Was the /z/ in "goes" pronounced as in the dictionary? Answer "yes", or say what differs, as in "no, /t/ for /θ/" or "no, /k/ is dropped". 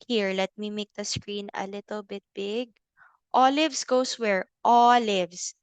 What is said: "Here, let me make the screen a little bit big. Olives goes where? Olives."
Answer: no, /s/ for /z/